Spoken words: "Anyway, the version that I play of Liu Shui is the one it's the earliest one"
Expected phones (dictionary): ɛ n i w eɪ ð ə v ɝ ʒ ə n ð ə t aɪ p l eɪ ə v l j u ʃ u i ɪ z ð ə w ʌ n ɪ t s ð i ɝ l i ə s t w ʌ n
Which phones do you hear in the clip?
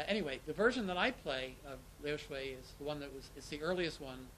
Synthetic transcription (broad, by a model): ɛ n i w eɪ ð ə v ɝ ʒ ə n ð ə t aɪ p l eɪ ə v l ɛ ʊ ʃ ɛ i ɪ z ð ə w ʌ n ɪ t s ð i ɝ l i ə s t w ʌ n